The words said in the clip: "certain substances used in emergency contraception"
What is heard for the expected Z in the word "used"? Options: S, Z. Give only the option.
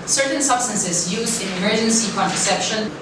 Z